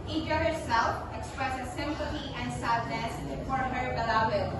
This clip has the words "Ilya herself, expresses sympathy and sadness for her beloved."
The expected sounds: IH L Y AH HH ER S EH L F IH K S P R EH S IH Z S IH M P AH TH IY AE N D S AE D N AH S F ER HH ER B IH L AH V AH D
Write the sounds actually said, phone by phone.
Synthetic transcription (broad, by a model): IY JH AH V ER S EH L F IH K S P R EH S IH Z S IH M P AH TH IY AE N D S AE D N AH S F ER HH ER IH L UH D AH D